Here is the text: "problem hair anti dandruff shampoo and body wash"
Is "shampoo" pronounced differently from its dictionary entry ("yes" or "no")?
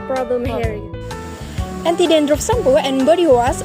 yes